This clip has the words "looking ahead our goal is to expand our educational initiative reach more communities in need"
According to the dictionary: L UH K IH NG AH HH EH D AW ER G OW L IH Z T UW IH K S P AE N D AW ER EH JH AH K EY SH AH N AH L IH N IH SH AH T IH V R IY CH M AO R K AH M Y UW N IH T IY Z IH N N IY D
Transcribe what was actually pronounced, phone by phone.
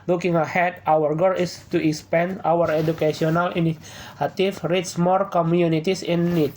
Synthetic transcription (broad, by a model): L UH K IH NG AH HH EH D AW ER G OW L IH S T UW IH K S P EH N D AW ER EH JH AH K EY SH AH N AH L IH N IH AH T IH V R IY S M AO R K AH M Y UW N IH T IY S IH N N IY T